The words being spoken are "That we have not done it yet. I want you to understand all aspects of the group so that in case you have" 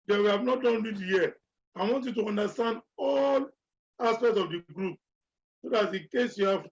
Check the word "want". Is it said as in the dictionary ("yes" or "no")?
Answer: yes